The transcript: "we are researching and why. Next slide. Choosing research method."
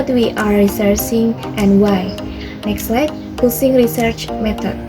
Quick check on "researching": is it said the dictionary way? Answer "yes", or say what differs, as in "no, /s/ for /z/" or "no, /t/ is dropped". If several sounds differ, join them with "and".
no, /s/ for /tʃ/